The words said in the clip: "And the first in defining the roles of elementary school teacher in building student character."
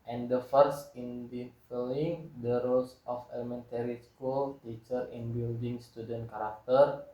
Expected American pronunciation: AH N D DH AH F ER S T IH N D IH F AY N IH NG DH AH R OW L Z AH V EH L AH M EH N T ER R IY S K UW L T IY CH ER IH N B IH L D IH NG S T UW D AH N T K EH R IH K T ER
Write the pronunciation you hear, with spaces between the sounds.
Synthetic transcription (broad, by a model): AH N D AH F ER S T IH N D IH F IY L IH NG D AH R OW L S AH F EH L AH M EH N T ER R IY S K UW L T IY CH ER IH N B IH L D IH NG S T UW D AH N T K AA R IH K T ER